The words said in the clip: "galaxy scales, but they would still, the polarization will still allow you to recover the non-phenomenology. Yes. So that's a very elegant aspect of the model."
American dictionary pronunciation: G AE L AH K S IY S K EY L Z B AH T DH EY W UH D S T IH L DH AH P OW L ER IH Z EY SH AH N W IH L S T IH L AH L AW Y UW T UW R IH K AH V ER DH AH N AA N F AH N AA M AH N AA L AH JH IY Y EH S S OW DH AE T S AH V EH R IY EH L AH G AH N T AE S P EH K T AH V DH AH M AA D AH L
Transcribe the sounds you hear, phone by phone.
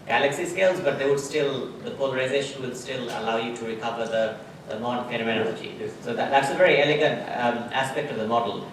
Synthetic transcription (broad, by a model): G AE L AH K S IY S K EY L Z B AH T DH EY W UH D S T IH L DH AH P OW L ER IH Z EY SH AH N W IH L S T IH L AH L AW Y UW T UW R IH K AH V ER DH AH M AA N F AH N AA M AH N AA L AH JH IY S S OW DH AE T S AH V EH R IY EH L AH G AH N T AE S P EH K T AH V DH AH M AA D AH L